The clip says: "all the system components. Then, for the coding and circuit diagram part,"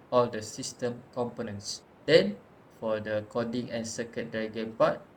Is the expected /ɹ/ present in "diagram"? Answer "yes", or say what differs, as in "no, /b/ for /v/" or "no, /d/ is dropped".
no, /ɹ/ is dropped